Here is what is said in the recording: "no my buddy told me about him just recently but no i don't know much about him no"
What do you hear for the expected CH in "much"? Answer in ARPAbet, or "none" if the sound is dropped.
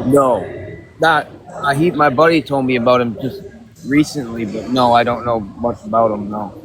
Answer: S